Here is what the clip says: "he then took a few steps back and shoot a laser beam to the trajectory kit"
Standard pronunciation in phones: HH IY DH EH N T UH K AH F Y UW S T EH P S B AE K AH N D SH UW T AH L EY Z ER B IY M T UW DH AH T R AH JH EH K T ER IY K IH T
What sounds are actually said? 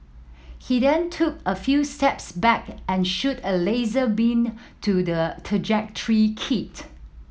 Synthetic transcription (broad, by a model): HH IY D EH N T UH K AH F Y UW S T EH P S B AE K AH N SH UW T AH L EY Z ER B IY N T UW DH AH T R AH JH EH K T ER IY K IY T